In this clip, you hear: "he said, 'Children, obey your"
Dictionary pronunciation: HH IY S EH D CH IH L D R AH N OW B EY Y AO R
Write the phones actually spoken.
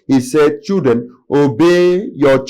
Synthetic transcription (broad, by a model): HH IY S EH D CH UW D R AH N OW B EY Y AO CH